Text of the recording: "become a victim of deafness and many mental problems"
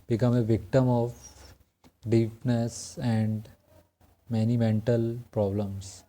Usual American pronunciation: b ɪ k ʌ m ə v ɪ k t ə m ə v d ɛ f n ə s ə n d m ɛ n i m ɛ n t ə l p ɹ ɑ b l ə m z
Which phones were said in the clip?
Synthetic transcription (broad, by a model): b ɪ k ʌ m ə v ɪ k t ə m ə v d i p n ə s ə n d m ɛ n i m ɛ n t ə l p ɹ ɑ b l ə m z